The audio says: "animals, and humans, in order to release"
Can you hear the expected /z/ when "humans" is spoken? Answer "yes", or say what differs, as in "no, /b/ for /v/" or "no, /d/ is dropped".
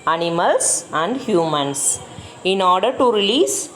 no, /s/ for /z/